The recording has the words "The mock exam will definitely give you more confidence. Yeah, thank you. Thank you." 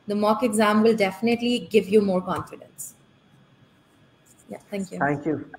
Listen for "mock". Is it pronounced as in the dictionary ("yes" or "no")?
yes